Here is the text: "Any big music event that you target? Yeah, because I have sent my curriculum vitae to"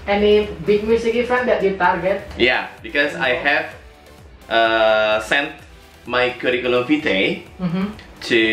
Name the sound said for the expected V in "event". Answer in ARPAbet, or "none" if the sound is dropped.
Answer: F